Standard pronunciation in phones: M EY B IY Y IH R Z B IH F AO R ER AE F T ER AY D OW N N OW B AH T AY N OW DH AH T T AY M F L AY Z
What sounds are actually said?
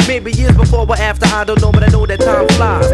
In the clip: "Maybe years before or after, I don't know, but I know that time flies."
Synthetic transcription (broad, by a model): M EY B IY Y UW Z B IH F AO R ER AE F T ER AY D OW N N OW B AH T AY N OW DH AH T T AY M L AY